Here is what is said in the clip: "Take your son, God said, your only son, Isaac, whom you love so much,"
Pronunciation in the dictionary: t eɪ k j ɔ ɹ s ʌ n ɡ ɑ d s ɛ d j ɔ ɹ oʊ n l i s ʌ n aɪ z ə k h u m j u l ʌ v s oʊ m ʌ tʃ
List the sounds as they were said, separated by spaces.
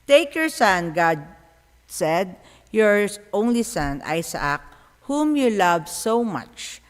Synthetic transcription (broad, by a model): t eɪ k j ɔ ɹ s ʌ n ɡ ɑ d s ɛ d j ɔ ɹ oʊ n l i s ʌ n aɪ s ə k h u m j u l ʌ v s oʊ m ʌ tʃ